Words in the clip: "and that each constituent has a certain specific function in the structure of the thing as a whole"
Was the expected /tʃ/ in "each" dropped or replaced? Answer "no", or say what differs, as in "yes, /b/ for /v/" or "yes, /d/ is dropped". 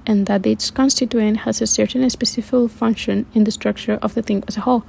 yes, /s/ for /tʃ/